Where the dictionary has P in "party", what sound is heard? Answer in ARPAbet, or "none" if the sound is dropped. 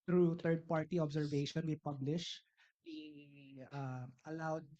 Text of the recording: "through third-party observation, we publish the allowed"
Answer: P